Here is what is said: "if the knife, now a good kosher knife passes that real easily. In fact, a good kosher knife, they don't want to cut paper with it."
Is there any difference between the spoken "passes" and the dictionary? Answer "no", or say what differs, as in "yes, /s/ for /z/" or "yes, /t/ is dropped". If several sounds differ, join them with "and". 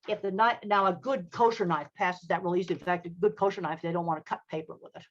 no